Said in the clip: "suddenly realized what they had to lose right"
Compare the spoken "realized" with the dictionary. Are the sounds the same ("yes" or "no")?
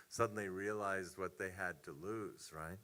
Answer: yes